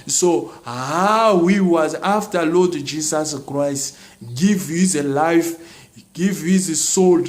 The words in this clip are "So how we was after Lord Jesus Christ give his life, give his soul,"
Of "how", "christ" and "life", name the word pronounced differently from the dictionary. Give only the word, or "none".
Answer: none